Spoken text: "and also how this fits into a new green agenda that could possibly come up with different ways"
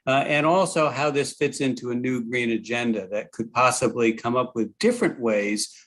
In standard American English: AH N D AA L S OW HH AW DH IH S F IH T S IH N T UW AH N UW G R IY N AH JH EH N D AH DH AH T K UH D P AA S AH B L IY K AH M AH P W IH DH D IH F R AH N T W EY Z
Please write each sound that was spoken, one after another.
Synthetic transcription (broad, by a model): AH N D AA L S OW HH AW DH IH S F IH T S IH N T UW AH N UW G R IY N AH JH EH N D AH DH AH T K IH D P AA S AH B L IY K AH M AH P W IH DH D IH F R AH N T W EY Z